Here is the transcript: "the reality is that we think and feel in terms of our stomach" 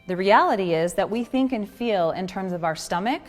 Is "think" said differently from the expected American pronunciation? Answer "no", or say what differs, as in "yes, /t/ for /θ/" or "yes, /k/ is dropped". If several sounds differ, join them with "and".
no